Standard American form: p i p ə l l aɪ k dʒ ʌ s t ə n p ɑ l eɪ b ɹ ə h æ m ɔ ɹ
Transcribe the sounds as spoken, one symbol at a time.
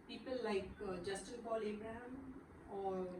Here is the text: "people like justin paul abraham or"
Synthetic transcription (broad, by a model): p i p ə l l aɪ k dʒ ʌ s t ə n b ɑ l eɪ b ɹ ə h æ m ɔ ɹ